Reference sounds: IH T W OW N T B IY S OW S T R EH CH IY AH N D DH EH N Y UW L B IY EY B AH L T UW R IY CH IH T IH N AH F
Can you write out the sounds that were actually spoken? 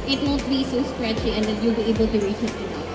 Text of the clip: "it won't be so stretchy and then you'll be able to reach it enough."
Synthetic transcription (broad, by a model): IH T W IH L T B IY S OW S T R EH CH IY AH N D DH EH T Y UW L B IY EY B AH L T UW R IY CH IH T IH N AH